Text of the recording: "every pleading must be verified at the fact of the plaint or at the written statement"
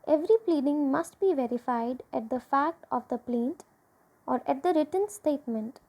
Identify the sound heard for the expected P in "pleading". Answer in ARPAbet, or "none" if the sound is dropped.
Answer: P